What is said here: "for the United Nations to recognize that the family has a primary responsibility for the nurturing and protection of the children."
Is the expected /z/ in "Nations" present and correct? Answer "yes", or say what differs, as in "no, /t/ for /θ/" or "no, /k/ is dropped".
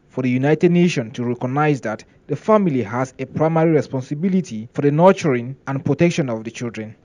no, /z/ is dropped